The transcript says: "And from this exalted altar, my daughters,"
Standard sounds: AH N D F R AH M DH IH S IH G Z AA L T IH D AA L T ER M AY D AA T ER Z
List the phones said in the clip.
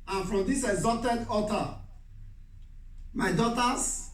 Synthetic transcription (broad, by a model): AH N F R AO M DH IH S IH G Z AA L T IH D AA T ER M AY D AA T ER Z